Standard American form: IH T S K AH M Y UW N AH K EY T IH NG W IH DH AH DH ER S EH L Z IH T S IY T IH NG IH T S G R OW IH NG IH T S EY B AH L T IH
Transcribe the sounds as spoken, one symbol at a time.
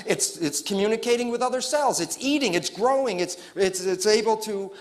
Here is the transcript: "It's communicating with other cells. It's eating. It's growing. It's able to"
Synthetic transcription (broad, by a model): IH T S K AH M Y UW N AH K EY T IH NG W IH DH AH DH ER S EH L Z IH T S IY T IH NG IH T S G R OW IH NG IH T S EY B L T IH